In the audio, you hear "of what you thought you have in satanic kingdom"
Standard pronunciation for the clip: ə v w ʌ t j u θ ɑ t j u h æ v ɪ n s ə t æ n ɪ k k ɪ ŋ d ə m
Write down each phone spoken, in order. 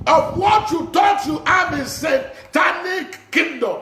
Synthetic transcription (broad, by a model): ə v w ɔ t j u t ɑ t j u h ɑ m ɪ s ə t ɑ n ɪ k k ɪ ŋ d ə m